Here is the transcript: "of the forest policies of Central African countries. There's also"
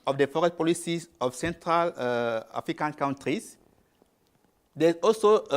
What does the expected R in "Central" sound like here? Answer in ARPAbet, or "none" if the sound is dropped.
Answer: R